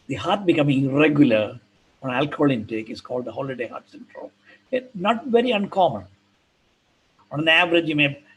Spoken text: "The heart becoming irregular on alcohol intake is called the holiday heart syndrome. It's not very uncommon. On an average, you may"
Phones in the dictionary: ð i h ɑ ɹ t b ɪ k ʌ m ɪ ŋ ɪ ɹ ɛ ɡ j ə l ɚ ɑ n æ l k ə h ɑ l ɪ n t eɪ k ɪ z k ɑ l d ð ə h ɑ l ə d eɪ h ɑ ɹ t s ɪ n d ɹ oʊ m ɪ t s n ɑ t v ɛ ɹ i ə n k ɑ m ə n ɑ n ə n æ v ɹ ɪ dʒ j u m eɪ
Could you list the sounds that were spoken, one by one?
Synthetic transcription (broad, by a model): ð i h ɑ ɹ t b ɪ k ʌ m ɪ ŋ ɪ ɹ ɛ ɡ j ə l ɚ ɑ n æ l k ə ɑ l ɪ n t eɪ k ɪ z k ɑ l d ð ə h ɑ l ə d eɪ h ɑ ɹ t s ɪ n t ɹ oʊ ɪ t n ɑ t v ɛ ɹ i ə n k ɑ m ə n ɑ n ə n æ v ɹ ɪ dʒ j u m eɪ